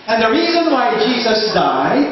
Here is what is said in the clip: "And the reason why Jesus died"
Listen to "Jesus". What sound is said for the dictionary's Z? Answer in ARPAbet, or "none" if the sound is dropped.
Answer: Z